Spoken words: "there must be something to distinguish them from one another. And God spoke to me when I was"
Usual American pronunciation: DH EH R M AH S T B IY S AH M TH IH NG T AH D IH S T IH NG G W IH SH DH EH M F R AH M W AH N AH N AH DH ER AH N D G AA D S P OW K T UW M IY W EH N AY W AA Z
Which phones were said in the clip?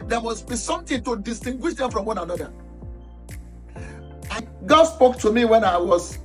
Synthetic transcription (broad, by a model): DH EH M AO S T B IY S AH M T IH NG T AH D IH S T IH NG G W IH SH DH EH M F R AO M W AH N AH N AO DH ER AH G AA D S P OW K T UW M IY W EH N AY W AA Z